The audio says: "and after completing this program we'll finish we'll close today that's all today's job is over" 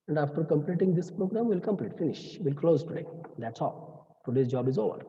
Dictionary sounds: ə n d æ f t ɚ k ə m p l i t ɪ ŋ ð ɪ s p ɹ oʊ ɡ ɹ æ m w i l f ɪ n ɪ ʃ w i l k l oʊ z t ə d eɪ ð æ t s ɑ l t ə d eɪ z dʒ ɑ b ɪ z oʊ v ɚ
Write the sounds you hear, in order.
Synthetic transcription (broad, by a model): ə n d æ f t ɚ k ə m p l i t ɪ ŋ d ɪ s p ɹ oʊ ɡ ɹ æ m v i l f ɪ n ɪ ʃ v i l k l oʊ z t ə d eɪ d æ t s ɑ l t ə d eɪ s dʒ ɑ b ɪ z oʊ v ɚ